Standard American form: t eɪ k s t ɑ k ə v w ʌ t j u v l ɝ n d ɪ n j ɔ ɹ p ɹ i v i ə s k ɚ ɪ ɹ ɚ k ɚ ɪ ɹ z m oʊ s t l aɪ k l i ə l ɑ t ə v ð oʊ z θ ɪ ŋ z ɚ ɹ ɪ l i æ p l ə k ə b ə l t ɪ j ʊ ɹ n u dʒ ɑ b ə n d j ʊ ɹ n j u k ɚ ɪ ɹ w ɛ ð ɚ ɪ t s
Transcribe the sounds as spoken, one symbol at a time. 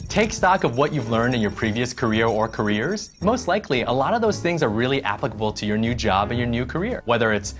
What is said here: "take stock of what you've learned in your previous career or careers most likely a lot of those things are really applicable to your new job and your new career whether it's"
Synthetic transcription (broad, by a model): t eɪ k s t ɑ k ə v w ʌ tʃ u v l ɝ n d ɪ n j ɔ ɹ p ɹ i v i ə s k ɚ ɪ ɹ ɚ k ɚ ɪ ɹ z m oʊ s t l aɪ k l i ə l ɑ t ə v ð oʊ z θ ɪ ŋ z ɚ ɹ ɪ l i æ p l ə k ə b l t ɪ j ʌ ɹ n u dʒ ɑ b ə n j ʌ ɹ n j u k ɚ ɪ ɹ w ɛ ð ɚ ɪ t s